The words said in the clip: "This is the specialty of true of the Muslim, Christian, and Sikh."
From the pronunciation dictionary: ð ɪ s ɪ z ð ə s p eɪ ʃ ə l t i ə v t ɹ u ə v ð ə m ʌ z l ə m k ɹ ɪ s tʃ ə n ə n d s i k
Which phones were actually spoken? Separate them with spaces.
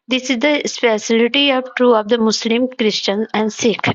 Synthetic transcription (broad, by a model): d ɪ s ɪ z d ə s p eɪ s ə l t i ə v t ɹ u ə v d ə m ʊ s l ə m k ɹ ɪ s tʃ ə n ə n d s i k